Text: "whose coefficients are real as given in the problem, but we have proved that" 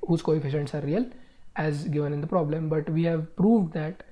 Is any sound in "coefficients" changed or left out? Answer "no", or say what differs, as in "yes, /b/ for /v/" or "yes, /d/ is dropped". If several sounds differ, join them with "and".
no